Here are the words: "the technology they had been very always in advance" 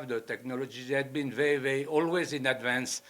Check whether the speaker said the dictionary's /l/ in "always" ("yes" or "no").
yes